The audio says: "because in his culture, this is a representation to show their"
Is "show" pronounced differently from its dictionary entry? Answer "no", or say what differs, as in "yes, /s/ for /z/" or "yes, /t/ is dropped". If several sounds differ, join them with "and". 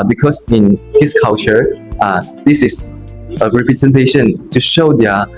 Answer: no